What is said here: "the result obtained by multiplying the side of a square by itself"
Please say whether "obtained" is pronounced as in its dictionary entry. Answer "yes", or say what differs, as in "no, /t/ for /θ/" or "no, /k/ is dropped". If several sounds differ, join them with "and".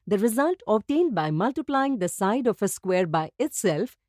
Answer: yes